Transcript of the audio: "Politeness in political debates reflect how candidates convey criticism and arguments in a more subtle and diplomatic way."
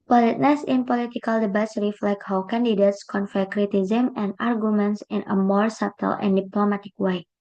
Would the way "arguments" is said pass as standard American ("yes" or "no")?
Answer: yes